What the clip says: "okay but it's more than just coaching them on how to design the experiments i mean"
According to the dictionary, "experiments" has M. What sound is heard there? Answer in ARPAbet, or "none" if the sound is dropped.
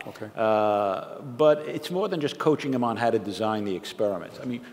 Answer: M